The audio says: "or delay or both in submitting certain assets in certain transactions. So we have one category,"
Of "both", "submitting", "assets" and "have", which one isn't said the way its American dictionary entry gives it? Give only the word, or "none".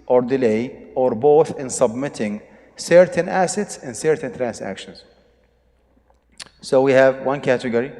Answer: none